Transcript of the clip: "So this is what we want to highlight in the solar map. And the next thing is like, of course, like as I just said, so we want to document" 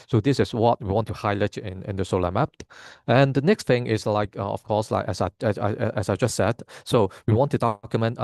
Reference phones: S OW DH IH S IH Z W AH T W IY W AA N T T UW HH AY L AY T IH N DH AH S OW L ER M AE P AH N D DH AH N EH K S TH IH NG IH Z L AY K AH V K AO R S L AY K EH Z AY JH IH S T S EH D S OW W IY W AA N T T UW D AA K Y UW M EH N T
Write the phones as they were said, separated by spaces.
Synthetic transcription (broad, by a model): S OW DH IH S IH S W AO T W IY W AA N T T UW HH AY L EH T IH N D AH S OW L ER M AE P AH N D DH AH N EH K S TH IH NG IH S L AY K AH F K AO S L AY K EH S AY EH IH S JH S EH D S OW W IY W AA N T T UW D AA K Y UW M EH N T